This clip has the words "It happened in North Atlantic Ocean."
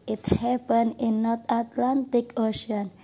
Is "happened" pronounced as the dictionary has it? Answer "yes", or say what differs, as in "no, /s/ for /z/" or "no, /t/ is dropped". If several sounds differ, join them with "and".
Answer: no, /d/ is dropped